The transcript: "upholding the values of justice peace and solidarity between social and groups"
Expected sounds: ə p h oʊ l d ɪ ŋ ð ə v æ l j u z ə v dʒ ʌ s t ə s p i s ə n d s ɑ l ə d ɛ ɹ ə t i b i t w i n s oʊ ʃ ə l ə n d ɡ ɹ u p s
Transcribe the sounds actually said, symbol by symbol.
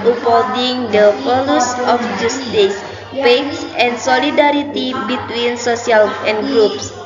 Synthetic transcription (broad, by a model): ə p h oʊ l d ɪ ŋ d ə f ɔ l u s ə f dʒ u s t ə s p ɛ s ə n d s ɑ l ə d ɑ ɹ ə t i b i t w i n s oʊ s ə l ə n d ɡ ɹ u p s